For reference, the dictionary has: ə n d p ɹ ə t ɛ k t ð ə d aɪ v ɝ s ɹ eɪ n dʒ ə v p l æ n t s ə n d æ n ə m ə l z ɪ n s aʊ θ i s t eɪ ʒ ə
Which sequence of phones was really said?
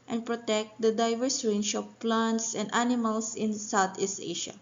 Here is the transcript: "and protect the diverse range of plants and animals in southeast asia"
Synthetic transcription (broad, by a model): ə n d p ɹ ə t ɛ k t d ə d aɪ v ɝ s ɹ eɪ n ʃ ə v p l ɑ n t s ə n d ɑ n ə m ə l s ɪ n s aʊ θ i s t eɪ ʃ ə